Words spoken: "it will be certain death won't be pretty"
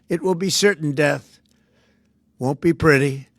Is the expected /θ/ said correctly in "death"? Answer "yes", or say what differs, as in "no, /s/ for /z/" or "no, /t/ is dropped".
yes